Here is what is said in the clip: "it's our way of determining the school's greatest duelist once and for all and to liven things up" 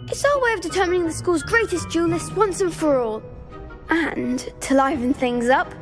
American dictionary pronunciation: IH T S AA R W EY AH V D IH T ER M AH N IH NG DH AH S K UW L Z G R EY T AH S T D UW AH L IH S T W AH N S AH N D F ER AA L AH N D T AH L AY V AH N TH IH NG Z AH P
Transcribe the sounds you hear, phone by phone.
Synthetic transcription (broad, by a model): IH T S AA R W EY AH V D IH T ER M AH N IH NG DH AH S K UW L Z G R EY T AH S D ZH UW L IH S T W AH N S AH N F ER AA L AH N T AH L AY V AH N TH IH NG Z AH P